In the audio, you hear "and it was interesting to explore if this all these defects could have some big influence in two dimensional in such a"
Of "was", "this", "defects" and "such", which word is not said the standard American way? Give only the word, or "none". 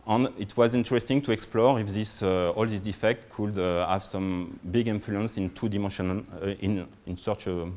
defects